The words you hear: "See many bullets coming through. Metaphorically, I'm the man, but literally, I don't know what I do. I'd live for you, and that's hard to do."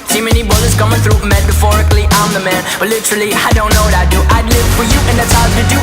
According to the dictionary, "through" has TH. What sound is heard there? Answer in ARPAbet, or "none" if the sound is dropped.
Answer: TH